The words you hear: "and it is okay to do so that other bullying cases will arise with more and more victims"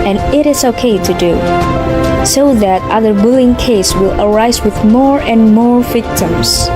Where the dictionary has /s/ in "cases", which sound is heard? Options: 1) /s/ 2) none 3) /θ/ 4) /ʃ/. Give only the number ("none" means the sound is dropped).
2